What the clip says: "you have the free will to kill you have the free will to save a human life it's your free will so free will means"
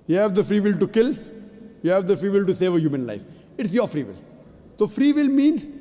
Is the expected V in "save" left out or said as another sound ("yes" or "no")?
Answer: no